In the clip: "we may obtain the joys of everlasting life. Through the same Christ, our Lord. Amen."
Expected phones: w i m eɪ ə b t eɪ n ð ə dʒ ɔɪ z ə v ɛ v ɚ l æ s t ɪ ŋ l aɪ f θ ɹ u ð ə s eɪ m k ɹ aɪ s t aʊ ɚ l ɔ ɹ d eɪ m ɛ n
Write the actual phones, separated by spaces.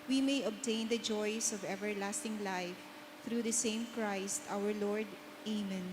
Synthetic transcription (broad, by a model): w i m eɪ ə b t eɪ n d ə dʒ ɔɪ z ə v ɛ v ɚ l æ s t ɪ ŋ l aɪ f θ ɹ u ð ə s eɪ m k ɹ aɪ s t aʊ ɚ l ɔ ɹ d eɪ m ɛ n